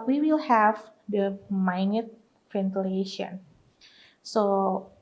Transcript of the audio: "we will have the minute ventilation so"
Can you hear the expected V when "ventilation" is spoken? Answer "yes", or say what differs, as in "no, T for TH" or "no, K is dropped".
no, F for V